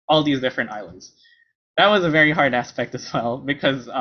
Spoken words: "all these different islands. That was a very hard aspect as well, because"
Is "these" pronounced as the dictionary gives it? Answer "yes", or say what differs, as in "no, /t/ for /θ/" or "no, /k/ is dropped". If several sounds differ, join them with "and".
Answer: yes